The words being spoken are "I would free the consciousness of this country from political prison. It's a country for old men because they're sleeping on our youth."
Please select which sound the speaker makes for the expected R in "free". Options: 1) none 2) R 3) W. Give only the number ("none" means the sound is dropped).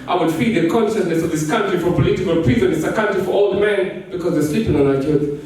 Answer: 1